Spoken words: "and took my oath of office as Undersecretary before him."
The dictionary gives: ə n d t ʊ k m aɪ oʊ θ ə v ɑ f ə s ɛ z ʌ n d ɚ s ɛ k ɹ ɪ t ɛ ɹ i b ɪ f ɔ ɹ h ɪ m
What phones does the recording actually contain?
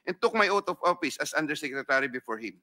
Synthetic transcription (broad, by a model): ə n t ʊ k m aɪ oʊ t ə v ɑ f ə s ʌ s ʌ n d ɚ s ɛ k ɹ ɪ t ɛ ɹ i b ɪ f ɔ ɹ h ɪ m